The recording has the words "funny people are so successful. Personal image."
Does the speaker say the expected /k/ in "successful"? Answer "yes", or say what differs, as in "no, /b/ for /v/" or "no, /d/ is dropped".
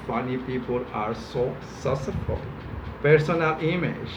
no, /k/ is dropped